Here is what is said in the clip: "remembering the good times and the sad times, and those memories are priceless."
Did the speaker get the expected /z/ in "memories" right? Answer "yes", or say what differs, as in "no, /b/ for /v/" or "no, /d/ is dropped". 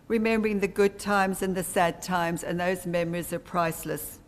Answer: yes